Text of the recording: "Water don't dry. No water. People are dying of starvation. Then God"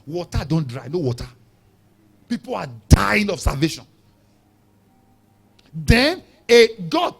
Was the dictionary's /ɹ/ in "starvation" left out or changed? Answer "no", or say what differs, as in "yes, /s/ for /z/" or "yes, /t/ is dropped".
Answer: yes, /l/ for /ɹ/